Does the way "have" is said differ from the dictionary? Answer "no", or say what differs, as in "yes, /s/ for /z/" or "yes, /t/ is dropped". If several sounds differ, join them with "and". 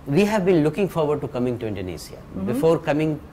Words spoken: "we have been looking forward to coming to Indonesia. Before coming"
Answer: no